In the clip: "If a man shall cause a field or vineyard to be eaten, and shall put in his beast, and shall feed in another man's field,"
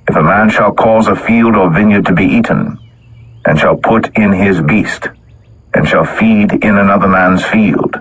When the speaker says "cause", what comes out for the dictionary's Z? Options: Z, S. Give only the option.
Z